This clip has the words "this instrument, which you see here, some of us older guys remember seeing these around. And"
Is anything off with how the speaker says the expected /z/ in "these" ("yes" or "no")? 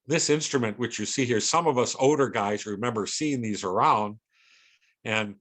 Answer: no